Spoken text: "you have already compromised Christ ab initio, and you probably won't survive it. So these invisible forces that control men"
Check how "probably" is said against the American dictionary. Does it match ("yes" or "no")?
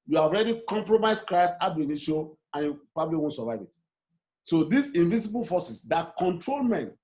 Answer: yes